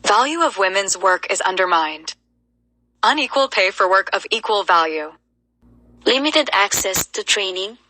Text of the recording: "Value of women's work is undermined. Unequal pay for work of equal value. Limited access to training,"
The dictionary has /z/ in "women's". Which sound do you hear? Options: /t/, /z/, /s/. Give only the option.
/z/